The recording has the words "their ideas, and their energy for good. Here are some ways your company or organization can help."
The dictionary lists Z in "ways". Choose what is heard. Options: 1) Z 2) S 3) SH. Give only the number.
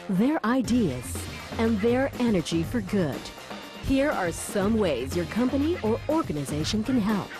1